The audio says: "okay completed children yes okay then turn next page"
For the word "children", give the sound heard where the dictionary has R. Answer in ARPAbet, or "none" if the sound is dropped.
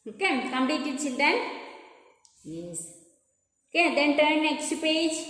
none